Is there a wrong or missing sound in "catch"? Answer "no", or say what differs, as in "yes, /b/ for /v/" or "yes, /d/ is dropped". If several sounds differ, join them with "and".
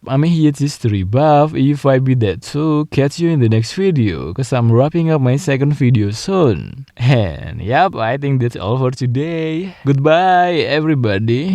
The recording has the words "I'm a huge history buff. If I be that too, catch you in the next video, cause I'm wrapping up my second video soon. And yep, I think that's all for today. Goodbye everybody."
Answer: yes, /s/ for /tʃ/